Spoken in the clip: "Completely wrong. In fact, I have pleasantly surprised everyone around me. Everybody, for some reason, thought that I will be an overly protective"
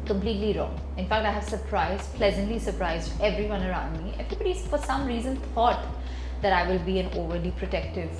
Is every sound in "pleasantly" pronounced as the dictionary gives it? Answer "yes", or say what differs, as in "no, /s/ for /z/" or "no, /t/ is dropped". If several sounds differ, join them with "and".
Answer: yes